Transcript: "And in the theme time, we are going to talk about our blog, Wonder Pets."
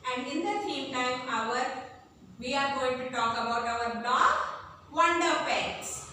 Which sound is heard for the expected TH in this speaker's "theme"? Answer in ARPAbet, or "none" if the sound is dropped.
S